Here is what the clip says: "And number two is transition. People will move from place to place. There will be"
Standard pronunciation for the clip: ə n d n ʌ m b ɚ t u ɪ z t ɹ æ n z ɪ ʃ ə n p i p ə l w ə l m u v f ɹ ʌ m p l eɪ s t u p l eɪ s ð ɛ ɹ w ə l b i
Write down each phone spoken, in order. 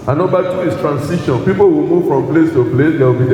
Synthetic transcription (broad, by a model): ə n n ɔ b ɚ t u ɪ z t ɹ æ n s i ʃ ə n p i p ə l w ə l m u v f ɹ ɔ m p l eɪ s t u p l eɪ s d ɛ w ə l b i